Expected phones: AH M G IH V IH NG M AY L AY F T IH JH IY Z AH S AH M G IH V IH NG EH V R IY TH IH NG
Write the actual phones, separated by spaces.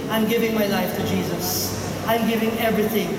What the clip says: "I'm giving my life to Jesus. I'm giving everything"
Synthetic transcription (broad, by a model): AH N G IH V IH NG M AY L AY F T IH JH IY Z AH S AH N G IH V IH NG EH V R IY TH IH NG